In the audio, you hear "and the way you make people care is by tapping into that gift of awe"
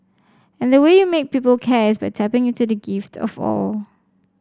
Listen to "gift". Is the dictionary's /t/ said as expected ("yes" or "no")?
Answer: yes